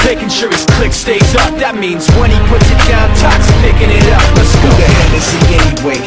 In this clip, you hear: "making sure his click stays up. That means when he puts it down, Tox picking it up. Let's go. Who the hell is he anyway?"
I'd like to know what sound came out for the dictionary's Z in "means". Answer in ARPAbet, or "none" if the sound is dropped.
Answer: Z